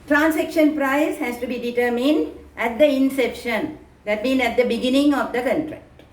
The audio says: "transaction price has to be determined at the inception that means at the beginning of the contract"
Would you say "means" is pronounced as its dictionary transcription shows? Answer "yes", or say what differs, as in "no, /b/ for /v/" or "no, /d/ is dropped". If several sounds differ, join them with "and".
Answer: no, /z/ is dropped